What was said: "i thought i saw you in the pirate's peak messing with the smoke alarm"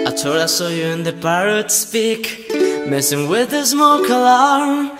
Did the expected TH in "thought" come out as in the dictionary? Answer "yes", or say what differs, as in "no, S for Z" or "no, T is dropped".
no, T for TH